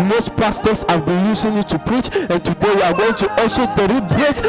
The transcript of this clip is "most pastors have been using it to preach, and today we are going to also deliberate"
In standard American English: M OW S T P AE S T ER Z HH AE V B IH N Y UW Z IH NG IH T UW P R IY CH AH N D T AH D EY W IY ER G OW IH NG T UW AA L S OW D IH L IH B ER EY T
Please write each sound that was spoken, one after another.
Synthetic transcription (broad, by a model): M OW S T P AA S T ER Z HH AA V B IH N Y UW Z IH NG IH T UW P R IY CH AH N T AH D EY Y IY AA G OW IH NG T UW AA L S OW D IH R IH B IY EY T